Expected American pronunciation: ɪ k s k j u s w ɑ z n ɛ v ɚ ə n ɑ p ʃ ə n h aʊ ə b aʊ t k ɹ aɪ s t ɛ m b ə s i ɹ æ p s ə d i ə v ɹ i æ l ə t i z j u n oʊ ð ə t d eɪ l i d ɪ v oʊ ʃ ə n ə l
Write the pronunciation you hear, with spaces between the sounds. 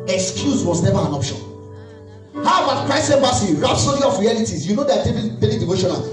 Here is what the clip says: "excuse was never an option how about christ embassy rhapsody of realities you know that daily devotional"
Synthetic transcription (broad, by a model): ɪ k s k j u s w ɑ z n ɛ v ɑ ə n ɑ p ʃ ə n h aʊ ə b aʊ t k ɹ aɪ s ɛ m b ə s i ɹ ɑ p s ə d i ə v ɹ i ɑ l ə t i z j u n oʊ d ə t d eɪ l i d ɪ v oʊ ʃ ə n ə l